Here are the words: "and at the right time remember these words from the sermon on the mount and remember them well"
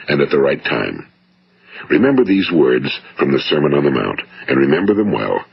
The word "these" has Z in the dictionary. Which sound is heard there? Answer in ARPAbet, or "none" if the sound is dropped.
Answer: Z